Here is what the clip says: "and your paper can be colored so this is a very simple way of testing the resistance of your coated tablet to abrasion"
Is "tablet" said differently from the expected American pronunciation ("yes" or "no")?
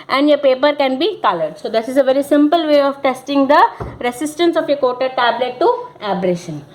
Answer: no